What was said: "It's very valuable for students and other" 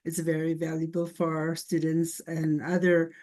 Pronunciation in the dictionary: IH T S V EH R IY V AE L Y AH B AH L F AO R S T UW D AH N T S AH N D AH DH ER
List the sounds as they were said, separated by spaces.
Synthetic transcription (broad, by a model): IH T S V EH R IY V AE L Y AH B AH L F AO R S T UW D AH N T S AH N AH DH ER